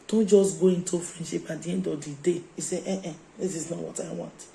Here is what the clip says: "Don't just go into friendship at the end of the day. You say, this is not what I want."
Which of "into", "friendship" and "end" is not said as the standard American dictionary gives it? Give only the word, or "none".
none